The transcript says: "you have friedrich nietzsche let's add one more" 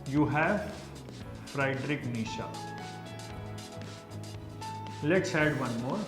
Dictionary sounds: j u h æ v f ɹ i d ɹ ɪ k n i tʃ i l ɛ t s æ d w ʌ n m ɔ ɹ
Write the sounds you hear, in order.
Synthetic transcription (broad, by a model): j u h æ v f ɹ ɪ d ɹ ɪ k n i ʃ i l ɛ t s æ d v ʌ n m ɔ ɹ